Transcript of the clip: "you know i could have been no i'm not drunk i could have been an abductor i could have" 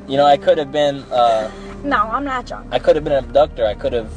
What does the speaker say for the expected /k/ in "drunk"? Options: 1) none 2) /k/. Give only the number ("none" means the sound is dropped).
1